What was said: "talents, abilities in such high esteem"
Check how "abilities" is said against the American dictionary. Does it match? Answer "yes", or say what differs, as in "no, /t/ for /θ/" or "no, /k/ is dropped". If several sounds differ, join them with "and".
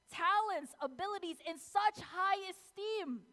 yes